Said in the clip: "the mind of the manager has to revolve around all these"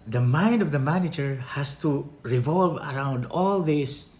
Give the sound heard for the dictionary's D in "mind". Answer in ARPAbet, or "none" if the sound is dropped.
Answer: D